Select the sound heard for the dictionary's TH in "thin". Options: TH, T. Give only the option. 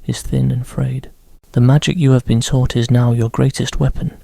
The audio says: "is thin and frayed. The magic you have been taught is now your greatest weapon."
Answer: TH